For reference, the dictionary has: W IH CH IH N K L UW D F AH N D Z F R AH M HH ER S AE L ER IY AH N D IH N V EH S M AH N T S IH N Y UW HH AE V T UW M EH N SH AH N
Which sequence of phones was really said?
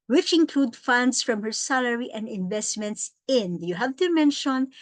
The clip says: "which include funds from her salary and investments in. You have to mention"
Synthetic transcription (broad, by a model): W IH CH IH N K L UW D F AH N D S F R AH M HH ER S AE L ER IY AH N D IH N V EH S M AH N T S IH N Y UW HH AE V T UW M EH N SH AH N